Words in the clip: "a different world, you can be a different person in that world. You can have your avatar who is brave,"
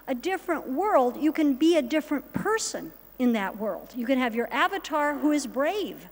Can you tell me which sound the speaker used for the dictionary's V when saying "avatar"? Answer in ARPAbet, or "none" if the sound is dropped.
V